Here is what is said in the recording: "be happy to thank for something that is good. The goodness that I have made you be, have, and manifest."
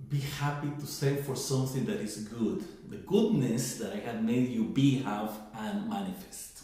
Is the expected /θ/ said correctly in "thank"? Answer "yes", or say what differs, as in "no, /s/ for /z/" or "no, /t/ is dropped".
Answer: no, /s/ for /θ/